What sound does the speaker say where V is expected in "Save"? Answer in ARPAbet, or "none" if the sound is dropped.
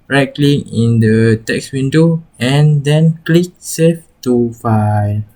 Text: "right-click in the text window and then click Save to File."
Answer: F